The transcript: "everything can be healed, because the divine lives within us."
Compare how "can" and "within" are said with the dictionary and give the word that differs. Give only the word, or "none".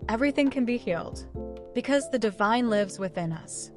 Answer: none